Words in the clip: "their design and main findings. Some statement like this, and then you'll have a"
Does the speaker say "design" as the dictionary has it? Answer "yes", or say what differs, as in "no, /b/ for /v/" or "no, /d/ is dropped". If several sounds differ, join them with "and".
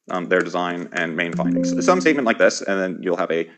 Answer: yes